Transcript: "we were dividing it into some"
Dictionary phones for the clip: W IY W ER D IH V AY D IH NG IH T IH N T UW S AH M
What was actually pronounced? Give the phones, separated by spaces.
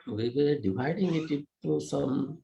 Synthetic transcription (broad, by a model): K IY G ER D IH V AY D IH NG IH T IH T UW S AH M